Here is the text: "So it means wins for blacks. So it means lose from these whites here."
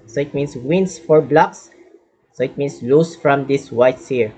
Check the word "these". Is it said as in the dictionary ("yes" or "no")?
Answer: no